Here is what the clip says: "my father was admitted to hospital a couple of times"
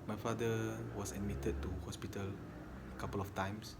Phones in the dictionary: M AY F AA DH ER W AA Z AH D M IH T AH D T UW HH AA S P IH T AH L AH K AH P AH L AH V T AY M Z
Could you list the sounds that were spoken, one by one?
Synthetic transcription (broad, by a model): M AY F AA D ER W AA S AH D M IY T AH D T UW HH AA S P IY T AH L AH K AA P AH L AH F T AY M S